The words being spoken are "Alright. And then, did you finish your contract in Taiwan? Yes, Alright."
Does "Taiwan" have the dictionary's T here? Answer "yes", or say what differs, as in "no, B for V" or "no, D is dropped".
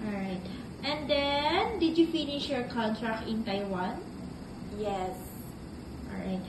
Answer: yes